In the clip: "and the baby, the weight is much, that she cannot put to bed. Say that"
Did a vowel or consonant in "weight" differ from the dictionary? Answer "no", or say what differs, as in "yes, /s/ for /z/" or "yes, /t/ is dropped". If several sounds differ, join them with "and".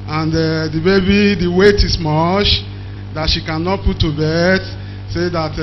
no